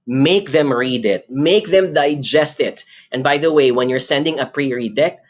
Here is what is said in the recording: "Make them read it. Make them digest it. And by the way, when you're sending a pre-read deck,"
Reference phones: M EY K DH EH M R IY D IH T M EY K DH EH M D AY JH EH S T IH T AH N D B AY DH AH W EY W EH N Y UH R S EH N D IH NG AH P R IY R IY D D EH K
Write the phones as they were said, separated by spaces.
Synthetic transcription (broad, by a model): M EY K DH EH M R IY D IH T M EY K DH EH M D AY JH EH S T IH T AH N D B AY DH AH W EY W EH N Y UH R S EH N D IH NG AH P R IY R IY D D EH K